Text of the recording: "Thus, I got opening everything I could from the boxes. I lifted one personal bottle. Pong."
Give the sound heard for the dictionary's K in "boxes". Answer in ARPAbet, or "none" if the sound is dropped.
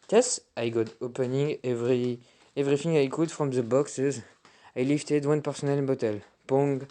K